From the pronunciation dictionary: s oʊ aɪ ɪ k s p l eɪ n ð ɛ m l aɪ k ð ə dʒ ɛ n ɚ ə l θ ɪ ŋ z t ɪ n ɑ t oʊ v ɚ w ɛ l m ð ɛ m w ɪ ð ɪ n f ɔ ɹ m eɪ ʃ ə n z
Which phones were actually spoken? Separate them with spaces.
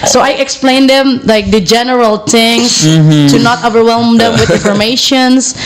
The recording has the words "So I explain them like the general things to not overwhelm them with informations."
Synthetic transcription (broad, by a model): s oʊ aɪ ɪ k s p l eɪ n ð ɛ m l aɪ k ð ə dʒ ɛ n ɚ ə l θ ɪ ŋ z t ɪ n ɑ t oʊ v ɚ w ɛ l m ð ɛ m w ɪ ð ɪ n f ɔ ɹ m eɪ ʃ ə n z